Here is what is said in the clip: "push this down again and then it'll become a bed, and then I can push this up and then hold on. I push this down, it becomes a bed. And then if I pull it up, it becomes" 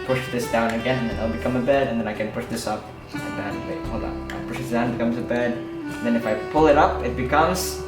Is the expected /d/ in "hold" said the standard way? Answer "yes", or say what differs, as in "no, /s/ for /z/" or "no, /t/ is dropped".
no, /d/ is dropped